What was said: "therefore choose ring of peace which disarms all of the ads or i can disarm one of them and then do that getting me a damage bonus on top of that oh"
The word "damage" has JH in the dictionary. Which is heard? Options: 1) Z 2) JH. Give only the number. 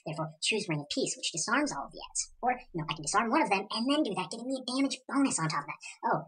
2